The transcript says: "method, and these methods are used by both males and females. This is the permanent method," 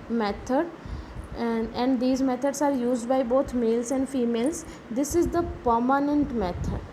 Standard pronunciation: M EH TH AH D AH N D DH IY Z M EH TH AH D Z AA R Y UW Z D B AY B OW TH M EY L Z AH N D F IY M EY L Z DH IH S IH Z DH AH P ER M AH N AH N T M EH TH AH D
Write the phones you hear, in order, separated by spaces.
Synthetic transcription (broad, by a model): M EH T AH D AH N D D IY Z M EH T AH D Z AA R Y UW Z D B AY B OW T M EY L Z AH N D F IY M EY L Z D IH S IH Z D AH P ER M AH N AH N T M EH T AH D